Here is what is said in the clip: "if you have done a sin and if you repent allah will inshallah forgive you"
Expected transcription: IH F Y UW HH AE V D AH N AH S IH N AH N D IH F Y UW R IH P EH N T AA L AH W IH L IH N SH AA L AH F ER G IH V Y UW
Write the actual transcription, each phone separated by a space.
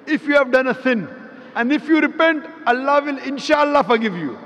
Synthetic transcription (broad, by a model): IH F Y UW HH AE V D AH N AH S IH N AH N D IH F Y UW R IH P EH N T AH L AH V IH L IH N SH AA L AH F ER G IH V Y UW